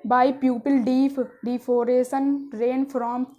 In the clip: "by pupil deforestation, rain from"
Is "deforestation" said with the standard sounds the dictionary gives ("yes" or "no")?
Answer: no